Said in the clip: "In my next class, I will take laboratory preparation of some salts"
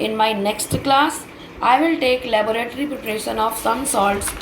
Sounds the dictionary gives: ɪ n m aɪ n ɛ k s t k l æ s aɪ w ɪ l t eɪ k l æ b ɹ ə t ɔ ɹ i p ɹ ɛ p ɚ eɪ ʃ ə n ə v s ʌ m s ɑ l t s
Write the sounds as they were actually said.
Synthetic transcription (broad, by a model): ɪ n m aɪ n ɛ k s t k l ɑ s aɪ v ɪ l t eɪ k l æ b ɹ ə t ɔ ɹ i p u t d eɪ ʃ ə n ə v s ʌ m s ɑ l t s